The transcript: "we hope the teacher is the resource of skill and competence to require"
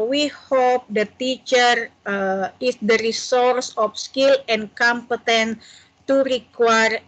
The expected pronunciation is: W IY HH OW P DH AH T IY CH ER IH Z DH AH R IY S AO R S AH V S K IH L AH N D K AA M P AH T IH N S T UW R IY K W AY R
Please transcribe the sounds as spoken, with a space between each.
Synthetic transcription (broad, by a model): W IY HH OW P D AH T IY CH ER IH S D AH R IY S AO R S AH F S K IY L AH N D K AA M P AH T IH N T UW R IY K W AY R